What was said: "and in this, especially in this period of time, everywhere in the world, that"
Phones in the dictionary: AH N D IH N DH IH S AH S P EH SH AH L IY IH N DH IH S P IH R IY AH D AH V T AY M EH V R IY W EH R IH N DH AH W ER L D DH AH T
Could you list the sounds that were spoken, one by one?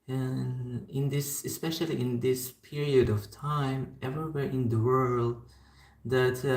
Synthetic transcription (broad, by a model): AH N IH N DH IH S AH S P EH SH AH L IY IH N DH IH S P IH R IY AH D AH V T AY M EH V R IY W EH R IH N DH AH W ER L D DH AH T